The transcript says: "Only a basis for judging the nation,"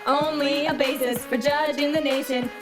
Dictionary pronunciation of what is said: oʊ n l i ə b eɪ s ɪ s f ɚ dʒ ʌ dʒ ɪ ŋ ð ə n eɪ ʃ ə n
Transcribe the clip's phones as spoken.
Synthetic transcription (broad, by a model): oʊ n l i ə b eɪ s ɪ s p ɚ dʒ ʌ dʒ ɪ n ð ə n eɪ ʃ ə n